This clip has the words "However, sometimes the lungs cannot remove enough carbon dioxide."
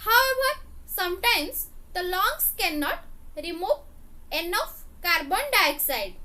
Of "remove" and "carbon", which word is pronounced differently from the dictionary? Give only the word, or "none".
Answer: none